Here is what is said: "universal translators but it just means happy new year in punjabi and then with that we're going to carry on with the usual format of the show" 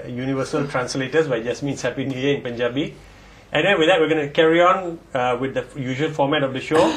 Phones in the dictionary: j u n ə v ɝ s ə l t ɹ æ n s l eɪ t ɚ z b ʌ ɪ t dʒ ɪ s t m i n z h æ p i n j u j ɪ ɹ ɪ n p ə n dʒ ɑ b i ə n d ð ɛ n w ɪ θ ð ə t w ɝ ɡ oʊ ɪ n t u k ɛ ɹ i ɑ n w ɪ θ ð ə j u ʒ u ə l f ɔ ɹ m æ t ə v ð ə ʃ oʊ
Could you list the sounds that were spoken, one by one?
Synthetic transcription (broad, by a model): j u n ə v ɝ s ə l t ɹ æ n s l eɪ t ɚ s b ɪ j dʒ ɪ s m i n s h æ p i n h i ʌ ɪ n p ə n dʒ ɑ b i ə n d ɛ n w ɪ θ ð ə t w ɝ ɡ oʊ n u k ɛ ɹ i ɑ n w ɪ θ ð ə j u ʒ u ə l f ɔ m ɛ t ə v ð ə ʃ oʊ